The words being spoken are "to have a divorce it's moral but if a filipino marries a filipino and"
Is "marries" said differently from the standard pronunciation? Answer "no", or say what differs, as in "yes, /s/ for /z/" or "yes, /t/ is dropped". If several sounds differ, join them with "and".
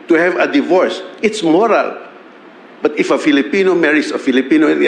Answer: yes, /s/ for /z/